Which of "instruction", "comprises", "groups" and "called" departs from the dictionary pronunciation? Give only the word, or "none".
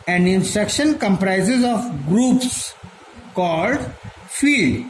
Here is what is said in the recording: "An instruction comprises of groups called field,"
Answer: none